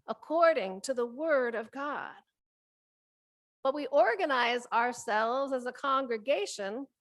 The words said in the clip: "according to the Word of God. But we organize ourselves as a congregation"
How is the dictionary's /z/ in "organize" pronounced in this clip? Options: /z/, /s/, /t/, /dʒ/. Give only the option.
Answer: /z/